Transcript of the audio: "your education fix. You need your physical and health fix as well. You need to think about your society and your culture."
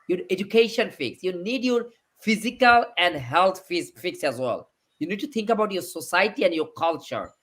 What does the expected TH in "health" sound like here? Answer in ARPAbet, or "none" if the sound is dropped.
S